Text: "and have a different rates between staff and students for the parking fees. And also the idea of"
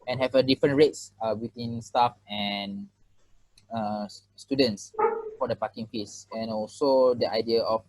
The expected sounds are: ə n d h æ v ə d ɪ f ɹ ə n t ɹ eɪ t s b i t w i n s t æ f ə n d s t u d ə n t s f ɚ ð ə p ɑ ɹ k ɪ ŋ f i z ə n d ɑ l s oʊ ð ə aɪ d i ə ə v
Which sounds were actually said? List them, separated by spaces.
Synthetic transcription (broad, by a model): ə n h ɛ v ə d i f ɹ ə n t ɹ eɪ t s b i t w i n s t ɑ f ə n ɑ s t u d ə n t s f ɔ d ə p ɑ k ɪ ŋ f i s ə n ɑ l s oʊ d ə aɪ d i ə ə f